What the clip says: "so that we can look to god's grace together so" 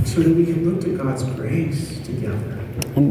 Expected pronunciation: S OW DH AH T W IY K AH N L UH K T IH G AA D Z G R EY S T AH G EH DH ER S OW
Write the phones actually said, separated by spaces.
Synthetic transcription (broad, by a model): S OW DH AH T W IY K AH N L UH K T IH G AA D Z G R EY S T AH G EH DH ER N